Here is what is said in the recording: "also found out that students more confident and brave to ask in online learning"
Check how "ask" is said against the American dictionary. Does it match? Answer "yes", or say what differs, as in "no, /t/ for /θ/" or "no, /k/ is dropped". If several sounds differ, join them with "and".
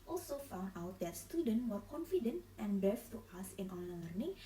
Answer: no, /k/ is dropped